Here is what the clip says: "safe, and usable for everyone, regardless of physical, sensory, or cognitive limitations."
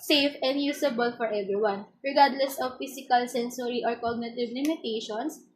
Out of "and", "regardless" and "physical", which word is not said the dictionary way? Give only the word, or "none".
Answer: physical